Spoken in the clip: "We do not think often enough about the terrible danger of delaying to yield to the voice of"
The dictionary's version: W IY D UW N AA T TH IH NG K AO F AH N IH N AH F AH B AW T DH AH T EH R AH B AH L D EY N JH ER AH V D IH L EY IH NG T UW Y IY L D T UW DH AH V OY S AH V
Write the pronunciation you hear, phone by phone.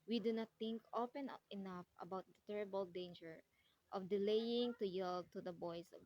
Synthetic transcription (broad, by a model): W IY D UW N AA T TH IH NG K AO P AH N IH N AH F AH B AW T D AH T EH R AH B AH L D EY N JH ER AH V D IH L EY IH NG T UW Y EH L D T UW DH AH B OY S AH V